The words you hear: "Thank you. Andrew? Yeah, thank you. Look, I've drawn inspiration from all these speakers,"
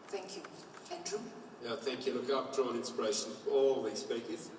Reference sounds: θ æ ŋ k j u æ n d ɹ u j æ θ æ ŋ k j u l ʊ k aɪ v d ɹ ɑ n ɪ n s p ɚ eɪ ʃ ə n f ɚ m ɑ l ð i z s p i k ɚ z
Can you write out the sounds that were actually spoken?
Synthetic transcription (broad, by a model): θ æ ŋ k j u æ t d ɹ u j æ θ æ ŋ k j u l ʊ k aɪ p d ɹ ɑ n ɪ n s p ɚ eɪ ʃ ə n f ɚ ɑ l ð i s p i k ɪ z